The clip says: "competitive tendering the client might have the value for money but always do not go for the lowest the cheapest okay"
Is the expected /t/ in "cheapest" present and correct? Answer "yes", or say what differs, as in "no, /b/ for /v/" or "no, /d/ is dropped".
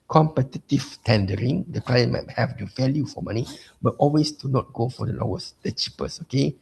no, /t/ is dropped